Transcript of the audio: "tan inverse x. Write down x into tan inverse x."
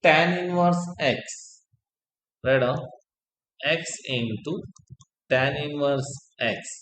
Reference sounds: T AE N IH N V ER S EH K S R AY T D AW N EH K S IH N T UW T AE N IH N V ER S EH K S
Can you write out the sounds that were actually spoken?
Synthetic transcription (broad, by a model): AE N IH N V ER S EH K S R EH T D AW EH K S IH N T UW T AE N IH N V ER S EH K S